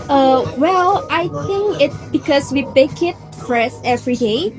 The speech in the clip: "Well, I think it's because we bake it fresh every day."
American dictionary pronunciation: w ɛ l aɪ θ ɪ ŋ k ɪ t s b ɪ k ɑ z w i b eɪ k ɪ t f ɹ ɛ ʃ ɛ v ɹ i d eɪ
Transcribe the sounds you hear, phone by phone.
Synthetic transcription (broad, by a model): w ɛ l aɪ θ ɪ ŋ k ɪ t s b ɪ k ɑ s w i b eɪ k ɪ t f ɹ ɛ s ɛ v ɹ i d eɪ